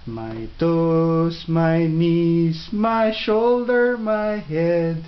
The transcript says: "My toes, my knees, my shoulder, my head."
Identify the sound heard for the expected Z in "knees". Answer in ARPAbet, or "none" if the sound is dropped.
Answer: S